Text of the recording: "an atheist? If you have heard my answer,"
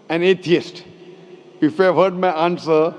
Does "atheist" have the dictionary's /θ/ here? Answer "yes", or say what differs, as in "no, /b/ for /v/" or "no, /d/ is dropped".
no, /t/ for /θ/